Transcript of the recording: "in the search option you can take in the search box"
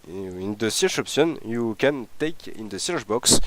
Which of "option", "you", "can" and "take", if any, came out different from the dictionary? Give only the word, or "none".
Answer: option